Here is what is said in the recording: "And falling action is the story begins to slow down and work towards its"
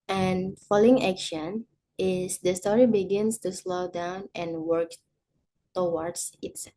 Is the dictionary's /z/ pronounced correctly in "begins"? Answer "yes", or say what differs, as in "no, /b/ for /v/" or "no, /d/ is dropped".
no, /s/ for /z/